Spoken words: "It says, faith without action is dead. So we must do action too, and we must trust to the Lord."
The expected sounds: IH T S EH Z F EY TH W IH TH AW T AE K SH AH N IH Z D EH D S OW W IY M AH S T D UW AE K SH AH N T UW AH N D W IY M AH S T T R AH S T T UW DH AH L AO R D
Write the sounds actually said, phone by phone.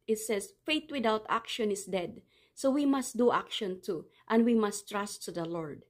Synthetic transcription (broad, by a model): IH T S EH S F EY T W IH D AW T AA K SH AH N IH S D EH D S OW W IY M AH S T D UW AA K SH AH N T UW AH N D W IY M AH S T T R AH S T T UW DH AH L AO R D